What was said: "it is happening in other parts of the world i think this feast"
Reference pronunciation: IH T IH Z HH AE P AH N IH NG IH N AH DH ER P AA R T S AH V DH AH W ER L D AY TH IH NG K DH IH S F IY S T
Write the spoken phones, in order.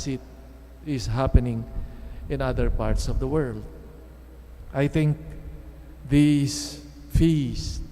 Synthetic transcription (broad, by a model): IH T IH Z HH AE P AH N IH NG IH N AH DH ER P AA R T S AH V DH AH W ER L D AY TH IH NG K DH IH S F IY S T